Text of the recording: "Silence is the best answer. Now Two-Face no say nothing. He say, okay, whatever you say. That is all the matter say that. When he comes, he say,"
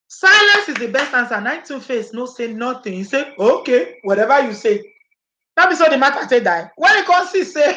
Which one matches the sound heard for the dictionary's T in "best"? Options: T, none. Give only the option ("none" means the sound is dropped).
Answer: T